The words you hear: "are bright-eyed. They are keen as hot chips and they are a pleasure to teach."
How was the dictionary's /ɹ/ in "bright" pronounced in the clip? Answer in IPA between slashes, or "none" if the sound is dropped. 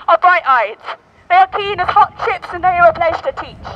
/ɹ/